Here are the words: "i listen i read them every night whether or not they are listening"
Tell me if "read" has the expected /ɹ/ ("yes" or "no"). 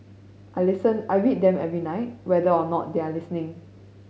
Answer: no